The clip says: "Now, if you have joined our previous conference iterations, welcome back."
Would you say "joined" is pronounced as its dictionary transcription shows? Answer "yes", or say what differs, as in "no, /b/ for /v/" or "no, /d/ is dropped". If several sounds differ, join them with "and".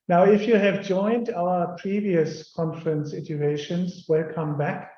yes